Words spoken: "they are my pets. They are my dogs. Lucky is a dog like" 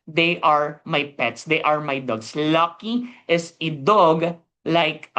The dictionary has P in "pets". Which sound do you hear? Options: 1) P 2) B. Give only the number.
1